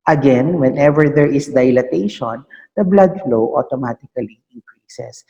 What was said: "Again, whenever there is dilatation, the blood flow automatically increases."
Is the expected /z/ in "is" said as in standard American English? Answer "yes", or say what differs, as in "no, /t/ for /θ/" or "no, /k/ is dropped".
no, /s/ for /z/